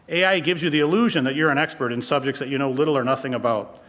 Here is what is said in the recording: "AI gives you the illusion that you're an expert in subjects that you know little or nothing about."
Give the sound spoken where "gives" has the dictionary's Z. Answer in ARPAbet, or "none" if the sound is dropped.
Z